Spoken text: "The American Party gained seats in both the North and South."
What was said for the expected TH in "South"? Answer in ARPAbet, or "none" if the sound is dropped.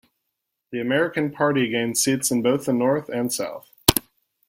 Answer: TH